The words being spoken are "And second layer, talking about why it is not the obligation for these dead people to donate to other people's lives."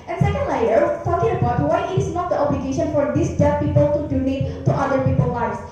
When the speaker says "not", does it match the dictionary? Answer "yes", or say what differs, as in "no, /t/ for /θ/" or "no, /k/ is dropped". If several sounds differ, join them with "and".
yes